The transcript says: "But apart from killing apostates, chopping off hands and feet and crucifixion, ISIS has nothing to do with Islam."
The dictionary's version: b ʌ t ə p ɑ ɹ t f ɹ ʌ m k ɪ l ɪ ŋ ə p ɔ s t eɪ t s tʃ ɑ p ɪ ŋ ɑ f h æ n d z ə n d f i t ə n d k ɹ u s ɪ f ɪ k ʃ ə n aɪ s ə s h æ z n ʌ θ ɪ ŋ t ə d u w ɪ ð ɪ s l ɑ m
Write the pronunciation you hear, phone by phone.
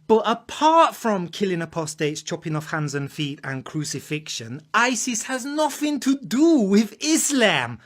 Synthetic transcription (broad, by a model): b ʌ t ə p ɑ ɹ t f ɹ ʌ m k ɪ l ɪ ŋ ə p ɔ s t eɪ t s tʃ ɑ p ɪ ŋ ɑ f h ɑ n d z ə n f i t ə n k ɹ u s ɪ f ɪ k ʃ ə n aɪ s ə s h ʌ z n ʌ θ ɪ ŋ t ə d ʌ w ɪ ð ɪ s l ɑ m